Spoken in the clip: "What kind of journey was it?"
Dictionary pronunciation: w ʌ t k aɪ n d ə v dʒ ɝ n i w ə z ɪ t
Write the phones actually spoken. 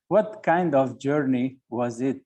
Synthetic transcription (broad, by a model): w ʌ t k aɪ n d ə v dʒ ɝ n i w ə z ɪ t